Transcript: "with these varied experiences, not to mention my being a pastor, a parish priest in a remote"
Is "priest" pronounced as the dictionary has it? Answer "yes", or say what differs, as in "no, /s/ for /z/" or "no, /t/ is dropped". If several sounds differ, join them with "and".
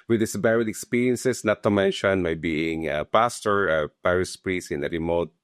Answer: no, /t/ is dropped